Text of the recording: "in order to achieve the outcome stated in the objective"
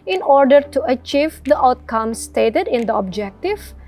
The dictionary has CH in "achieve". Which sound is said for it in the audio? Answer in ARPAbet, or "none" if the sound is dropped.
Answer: CH